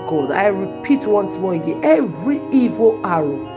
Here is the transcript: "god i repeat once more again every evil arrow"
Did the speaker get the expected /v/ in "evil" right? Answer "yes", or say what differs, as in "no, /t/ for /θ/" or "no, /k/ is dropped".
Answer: yes